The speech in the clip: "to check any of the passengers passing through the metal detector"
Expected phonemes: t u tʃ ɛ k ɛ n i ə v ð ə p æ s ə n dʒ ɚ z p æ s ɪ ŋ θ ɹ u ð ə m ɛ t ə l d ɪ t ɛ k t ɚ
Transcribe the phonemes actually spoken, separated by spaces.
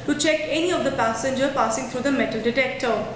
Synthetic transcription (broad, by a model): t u tʃ ɛ k ɛ n i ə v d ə p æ s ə n dʒ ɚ p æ s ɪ ŋ t ɹ u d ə m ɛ t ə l d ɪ t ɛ k t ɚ